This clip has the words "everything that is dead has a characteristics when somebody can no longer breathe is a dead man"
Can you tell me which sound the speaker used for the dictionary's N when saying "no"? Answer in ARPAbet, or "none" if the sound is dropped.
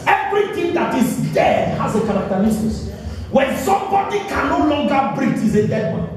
N